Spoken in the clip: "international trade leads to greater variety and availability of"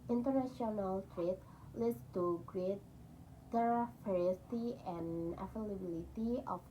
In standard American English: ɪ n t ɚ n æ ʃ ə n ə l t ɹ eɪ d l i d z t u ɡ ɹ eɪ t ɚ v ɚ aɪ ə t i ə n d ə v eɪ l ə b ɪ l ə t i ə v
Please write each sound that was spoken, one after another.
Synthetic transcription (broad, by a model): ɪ n t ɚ n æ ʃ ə n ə l t ɹ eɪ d l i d s t u ɡ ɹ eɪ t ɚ f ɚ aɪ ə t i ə n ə f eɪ l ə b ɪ l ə t i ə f